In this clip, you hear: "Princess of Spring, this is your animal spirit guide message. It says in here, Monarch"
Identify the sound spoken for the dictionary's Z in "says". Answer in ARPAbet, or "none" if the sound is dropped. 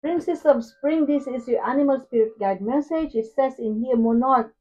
S